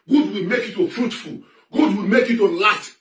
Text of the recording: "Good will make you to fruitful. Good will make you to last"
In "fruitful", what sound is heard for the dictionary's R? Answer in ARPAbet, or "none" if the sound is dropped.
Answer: R